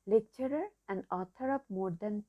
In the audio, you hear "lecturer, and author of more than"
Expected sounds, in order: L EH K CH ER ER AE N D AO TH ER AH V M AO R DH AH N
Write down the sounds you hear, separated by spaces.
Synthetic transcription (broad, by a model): L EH K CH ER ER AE N D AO T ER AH P M AO R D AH N